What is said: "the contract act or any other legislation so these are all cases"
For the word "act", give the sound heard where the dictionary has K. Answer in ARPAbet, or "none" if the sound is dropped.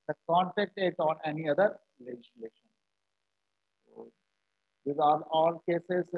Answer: none